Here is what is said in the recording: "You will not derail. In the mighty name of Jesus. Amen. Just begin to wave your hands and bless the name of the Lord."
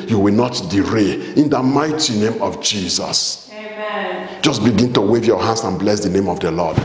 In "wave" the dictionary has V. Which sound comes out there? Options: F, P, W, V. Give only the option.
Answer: V